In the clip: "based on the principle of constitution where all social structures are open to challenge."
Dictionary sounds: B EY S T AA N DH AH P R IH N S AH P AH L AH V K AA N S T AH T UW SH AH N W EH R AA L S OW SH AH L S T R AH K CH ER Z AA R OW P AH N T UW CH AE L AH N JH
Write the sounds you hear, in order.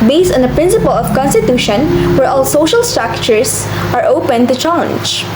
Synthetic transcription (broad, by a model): B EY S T AA N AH P R IH N S AH P AH L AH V K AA N S T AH T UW SH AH N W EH R AA L S OW SH AH L S T R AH K CH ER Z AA R OW P AH N T UW CH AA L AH N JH